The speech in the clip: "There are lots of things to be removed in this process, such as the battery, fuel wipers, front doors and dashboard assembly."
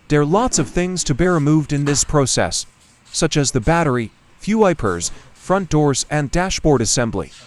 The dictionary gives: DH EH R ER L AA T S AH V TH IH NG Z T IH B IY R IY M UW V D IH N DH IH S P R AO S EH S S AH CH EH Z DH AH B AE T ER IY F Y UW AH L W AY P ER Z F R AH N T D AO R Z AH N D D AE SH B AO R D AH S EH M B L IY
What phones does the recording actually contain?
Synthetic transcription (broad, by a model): DH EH R L AA T S AH V TH IH NG Z T IH B IY R IY M UW V D IH N DH IH S P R AO S EH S S AH CH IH Z DH AH B AE T ER IY F Y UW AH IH P ER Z F R AH N D AO R Z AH N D D AE SH B AO R D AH S EH M B L IY